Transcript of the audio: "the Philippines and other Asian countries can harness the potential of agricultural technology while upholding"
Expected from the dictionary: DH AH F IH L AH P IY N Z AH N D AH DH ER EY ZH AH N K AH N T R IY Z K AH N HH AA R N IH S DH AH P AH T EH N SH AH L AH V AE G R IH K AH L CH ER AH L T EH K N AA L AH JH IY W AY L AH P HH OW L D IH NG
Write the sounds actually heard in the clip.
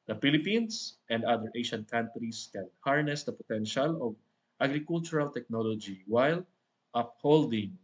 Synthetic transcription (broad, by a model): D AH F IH L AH P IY N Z AH N D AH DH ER EY SH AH N K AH N T R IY S K AH N HH AA R N IH S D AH P AH T EH N SH AH L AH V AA G R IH K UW L CH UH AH L T EH K N AA L AH JH IY W AY L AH P HH OW L D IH NG